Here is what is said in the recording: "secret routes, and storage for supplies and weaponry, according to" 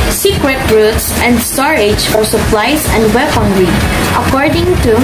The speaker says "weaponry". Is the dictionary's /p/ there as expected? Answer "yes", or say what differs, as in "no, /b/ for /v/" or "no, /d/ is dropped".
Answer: no, /f/ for /p/